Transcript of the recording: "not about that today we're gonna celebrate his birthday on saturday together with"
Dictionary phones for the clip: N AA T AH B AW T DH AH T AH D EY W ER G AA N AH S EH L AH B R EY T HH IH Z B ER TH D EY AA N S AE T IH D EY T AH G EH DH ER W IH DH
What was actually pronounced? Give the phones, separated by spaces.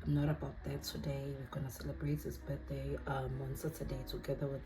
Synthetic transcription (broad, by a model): N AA T AH B AW T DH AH T AH D EY W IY G AA N AH S EH L AH B R EY T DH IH S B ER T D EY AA N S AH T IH D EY T AH G EH DH ER W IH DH